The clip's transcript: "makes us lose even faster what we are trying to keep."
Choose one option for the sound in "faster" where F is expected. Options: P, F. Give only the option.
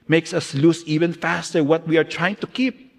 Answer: F